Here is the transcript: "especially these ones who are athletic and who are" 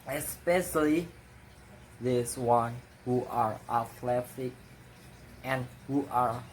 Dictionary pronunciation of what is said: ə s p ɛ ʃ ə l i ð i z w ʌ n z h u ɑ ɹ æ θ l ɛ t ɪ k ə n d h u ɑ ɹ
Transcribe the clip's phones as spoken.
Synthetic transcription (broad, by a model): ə s p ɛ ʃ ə l i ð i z w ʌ n h u ɑ ɹ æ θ l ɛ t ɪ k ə n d h u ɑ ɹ